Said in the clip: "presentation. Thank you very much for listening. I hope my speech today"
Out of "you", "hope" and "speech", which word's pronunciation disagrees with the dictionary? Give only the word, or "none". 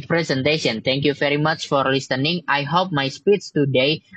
speech